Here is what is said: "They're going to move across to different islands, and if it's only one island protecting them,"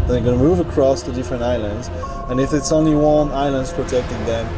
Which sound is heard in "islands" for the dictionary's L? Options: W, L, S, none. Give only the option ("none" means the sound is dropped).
L